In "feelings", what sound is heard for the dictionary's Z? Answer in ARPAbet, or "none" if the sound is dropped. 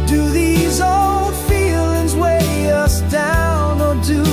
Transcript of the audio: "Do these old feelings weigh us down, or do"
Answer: Z